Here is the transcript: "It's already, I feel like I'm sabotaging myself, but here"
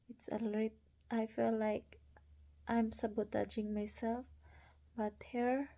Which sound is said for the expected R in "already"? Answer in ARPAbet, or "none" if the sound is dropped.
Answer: none